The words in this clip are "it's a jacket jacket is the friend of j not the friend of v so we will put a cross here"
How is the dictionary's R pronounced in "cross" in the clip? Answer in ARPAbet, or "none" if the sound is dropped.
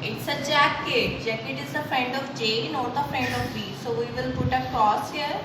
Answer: none